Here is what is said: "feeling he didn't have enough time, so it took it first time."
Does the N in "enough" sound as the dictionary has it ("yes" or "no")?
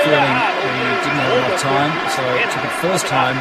no